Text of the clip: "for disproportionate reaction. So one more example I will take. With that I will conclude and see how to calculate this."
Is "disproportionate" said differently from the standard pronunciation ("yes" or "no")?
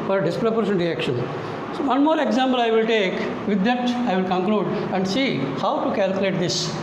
yes